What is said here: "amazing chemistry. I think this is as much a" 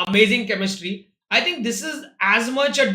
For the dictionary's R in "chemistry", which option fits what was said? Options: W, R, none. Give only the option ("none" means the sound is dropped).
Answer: R